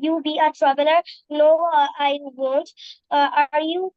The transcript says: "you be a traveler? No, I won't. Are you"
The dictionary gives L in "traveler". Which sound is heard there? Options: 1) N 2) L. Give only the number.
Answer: 1